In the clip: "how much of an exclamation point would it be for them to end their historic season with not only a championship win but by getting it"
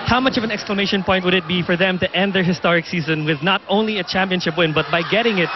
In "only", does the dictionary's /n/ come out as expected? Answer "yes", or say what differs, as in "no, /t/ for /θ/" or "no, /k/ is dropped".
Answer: yes